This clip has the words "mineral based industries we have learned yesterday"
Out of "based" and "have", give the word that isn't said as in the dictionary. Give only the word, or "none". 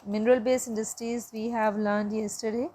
based